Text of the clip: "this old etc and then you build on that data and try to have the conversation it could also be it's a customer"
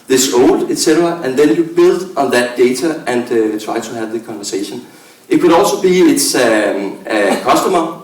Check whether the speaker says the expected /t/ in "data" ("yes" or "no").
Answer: no